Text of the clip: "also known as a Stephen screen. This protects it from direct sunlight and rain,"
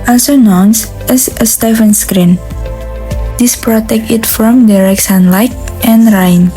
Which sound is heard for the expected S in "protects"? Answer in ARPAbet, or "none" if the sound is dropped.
none